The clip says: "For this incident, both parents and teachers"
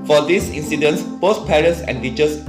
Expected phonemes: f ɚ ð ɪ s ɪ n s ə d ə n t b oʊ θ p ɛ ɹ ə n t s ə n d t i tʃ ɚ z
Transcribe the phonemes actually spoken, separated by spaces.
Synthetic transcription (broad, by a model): f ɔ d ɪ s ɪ n s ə d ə n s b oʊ s p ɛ ɹ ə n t s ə n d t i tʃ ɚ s